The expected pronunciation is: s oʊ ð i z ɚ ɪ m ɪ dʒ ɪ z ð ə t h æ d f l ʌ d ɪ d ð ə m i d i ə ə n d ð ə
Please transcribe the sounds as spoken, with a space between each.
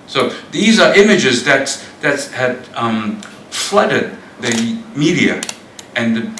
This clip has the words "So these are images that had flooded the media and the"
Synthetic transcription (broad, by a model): s oʊ ð i z ɚ ɪ m ɪ dʒ ɪ z ð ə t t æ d f l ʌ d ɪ d ð ə m i d i ə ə n ð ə